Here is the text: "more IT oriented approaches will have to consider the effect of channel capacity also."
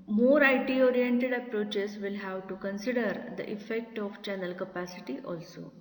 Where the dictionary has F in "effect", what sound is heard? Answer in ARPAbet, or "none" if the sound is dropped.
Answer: F